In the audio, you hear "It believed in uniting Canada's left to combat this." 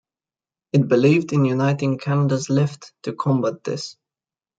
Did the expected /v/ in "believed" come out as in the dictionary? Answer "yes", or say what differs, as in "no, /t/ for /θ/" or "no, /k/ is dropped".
yes